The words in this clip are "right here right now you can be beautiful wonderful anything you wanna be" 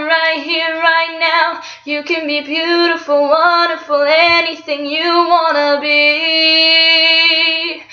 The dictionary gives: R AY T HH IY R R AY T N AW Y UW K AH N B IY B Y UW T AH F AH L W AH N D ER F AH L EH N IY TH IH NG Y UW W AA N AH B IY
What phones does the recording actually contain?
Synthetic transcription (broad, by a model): R AY T HH IY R R AY T N AW Y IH K AH N B IY B Y UW T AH F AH L W AH N D ER F AH L EH N IY TH IH NG Y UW W AA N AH B IY